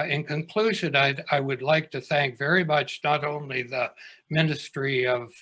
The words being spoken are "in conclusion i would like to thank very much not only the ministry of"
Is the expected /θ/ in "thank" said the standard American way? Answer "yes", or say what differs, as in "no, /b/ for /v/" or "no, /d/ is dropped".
yes